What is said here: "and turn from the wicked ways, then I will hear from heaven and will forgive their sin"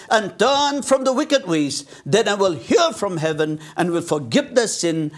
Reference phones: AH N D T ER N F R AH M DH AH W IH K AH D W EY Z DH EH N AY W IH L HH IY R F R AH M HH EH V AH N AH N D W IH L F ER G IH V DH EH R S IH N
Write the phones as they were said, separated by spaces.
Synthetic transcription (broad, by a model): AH N T ER N F R AH M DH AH W IH K AH D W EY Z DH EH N AY W IH L HH IY R F R AH M HH EH V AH N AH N W IH L F ER G IH V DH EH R S IH N